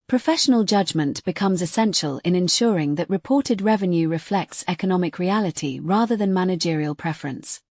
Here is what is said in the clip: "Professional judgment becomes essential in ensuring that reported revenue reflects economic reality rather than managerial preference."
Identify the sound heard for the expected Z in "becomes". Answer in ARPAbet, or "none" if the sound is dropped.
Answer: Z